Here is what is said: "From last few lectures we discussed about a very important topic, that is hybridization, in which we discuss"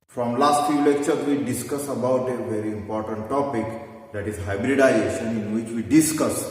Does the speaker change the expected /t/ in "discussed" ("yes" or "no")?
yes